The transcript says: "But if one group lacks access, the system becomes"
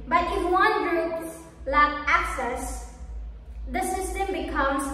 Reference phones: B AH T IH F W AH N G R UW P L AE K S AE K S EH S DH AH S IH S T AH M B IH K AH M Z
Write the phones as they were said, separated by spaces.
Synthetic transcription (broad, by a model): B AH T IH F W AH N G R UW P L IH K AE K S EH S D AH S IH S T AH M B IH K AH M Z